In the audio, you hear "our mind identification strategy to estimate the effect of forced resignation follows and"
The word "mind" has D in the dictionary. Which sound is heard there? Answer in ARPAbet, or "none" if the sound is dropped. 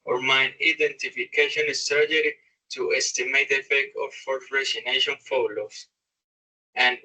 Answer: none